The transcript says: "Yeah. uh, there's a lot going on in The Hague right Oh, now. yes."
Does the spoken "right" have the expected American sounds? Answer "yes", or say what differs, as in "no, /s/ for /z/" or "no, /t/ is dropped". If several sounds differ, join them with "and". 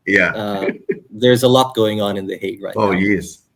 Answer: no, /t/ is dropped